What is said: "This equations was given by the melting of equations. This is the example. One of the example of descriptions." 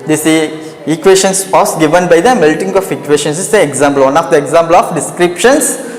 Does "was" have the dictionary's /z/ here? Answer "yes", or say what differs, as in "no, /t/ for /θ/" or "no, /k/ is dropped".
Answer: no, /s/ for /z/